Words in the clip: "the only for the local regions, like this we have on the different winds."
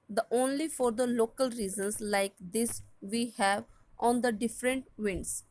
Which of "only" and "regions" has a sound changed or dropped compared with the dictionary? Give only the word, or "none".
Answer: regions